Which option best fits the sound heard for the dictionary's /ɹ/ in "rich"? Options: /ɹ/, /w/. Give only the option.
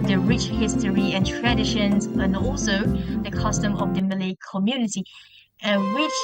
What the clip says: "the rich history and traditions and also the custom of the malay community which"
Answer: /ɹ/